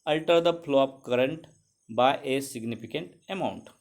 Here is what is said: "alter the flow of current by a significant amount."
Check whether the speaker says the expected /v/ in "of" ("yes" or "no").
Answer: no